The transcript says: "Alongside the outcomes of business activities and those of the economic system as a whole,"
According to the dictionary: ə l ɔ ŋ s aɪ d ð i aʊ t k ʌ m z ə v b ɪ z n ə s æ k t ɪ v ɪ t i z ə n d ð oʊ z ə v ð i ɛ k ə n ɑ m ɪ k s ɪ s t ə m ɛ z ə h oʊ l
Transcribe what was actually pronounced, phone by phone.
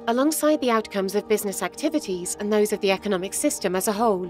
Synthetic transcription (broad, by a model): ə l ɔ ŋ s aɪ d ð i aʊ t k ʌ m z ə v b ɪ z n ə s æ k t ɪ v ɪ t i z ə n ð oʊ z ə v ð i ɛ k ə n ɑ m ɪ k s ɪ s t ə m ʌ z ə h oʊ l